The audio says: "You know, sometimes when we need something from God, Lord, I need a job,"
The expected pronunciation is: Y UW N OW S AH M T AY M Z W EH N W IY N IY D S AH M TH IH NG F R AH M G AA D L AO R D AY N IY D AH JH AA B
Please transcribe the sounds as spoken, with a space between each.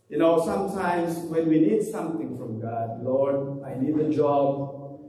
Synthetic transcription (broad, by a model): Y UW N OW S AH M T AY M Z W EH N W IY N IY D S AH M T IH NG F R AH M G AA D L AO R D AY N IY D AH JH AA B